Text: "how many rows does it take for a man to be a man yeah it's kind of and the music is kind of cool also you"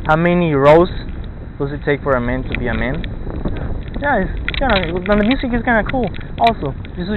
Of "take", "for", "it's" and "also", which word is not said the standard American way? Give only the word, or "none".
it's